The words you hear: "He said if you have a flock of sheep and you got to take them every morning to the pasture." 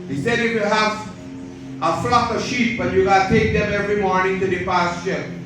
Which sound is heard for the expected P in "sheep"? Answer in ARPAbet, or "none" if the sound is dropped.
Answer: B